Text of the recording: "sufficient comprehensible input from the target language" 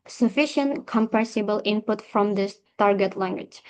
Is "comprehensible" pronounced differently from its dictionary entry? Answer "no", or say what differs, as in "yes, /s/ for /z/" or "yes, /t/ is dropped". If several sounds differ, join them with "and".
yes, /ɹ/ is dropped